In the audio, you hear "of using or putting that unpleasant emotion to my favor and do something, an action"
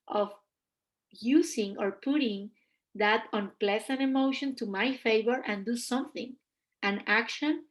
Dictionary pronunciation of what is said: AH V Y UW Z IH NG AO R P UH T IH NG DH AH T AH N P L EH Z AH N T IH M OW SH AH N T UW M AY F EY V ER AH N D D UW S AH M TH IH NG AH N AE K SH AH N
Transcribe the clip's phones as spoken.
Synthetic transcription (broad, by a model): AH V Y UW S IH NG AO R P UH T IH NG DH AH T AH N P L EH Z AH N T IH M OW SH AH N T UW M AY F EY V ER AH N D D UW S AH M TH IH NG AH N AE K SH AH N